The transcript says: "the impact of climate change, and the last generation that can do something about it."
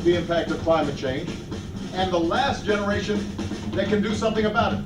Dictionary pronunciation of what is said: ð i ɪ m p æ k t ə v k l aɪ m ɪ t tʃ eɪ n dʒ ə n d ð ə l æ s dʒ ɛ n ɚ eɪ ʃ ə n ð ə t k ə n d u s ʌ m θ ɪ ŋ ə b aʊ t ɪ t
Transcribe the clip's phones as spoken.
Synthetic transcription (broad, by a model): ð i ɪ m p æ k t ə v k l aɪ m ɪ t tʃ eɪ n dʒ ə n ð ə l æ s dʒ ɛ n ɚ eɪ ʃ ə n ð ə t k ə n d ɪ s ʌ m θ ɪ ŋ ə b aʊ t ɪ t